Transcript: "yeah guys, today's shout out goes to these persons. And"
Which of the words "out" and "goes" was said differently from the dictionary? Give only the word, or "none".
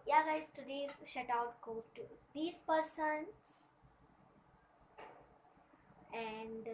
goes